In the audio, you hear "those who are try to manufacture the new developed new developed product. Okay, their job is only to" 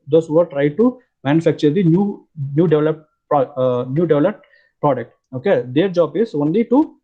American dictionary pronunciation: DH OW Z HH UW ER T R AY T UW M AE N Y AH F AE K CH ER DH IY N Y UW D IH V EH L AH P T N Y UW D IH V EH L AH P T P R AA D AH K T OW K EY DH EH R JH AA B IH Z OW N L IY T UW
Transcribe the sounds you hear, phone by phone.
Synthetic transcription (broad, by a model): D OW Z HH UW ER T R AY T UW M AE N Y AH F AE K CH ER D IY N Y UW D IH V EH L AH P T N Y UW D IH V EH L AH P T P R AA D AH K T OW K EY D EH R JH AA B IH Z OW N L IY T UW